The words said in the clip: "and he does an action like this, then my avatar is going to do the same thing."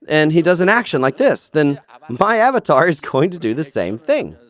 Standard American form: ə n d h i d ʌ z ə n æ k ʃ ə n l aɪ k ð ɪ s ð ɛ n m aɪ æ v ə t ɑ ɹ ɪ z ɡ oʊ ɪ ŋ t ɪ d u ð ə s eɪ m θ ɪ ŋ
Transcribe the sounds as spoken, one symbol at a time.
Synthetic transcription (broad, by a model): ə n i d ʌ z ə n æ k ʃ ə n l aɪ k ð ɪ s ð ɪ n m aɪ æ v ə t ɑ ɹ ɪ z ɡ oʊ ɪ ŋ t ɪ d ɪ ð ə s eɪ m θ ɪ ŋ